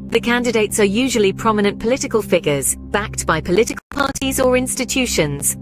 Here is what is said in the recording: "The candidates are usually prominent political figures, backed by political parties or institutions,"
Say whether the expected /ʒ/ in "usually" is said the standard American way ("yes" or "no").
yes